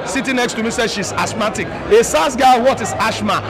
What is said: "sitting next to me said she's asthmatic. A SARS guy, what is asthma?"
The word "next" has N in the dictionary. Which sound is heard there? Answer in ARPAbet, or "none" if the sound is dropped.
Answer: N